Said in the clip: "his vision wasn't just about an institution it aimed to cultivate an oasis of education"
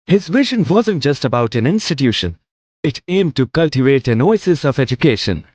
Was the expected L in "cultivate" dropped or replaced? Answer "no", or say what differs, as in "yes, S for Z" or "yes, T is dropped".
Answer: no